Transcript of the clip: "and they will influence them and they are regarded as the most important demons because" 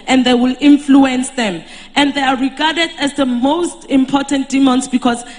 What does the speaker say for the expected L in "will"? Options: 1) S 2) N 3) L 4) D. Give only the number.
3